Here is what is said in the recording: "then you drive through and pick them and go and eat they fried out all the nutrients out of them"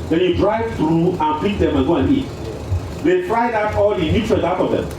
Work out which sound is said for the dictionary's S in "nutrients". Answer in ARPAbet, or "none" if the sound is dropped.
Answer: none